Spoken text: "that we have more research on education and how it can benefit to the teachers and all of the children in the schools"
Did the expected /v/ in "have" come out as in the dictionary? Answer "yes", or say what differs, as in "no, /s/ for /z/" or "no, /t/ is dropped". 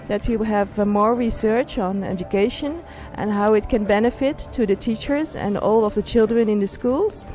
yes